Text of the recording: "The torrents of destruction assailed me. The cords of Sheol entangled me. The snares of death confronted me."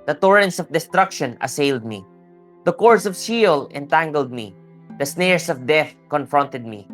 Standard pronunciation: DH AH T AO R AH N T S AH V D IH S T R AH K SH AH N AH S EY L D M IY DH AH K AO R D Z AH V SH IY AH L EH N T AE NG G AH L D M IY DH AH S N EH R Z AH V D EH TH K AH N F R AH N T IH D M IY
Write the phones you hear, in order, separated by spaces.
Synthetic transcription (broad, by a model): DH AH T AO R AH N T S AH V D IH S T R AH K SH AH N AH S EY L D M IY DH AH K AO R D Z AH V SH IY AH L EH N T AE NG G AH L D M IY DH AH S N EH R S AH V D EH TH K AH N F R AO N T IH D M IY